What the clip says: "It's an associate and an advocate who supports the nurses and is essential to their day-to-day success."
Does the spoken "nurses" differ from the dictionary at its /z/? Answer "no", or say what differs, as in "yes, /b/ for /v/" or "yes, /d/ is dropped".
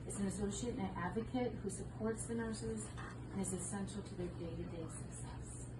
no